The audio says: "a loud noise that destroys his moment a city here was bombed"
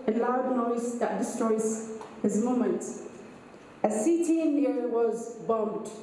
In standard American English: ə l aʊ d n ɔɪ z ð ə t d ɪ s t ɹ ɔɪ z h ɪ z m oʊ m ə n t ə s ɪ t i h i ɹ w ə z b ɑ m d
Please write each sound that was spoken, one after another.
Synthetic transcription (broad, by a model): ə l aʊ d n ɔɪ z ð ə t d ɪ s t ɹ ɔɪ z h ɪ z m oʊ m ə n t ə s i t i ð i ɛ w ə z b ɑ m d